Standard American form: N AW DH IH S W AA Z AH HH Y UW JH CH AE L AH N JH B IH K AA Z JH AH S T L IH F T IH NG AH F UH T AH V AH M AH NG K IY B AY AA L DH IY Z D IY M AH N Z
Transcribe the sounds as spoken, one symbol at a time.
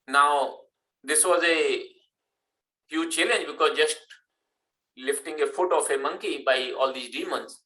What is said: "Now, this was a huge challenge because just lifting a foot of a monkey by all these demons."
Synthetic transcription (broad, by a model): N AW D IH S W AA Z AH HH Y UW JH CH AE L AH N JH B IH K AA Z JH AH S T L IH F T IH NG AH F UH T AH F AH M AH NG K IY B AY AA L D IY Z D IY M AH N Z